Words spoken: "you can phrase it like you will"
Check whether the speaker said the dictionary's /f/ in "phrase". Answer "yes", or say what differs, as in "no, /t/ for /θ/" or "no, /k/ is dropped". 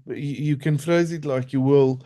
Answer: yes